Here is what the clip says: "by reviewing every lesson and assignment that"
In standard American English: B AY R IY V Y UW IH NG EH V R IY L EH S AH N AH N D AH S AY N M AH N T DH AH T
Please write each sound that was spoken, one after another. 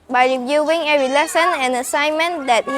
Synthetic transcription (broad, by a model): B AY R IY V Y UW IH NG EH R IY L EH S AH N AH N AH S AY N M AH N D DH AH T